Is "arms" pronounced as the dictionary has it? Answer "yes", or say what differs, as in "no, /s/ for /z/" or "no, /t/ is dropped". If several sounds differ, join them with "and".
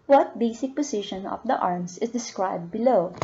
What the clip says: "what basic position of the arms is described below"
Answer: no, /s/ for /z/